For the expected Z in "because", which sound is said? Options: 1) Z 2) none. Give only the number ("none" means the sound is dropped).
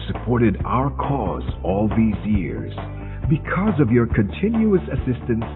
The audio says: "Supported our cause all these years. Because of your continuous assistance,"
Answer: 1